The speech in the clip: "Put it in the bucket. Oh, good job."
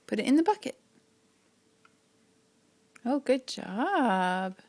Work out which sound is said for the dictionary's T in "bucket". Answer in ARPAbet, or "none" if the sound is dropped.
none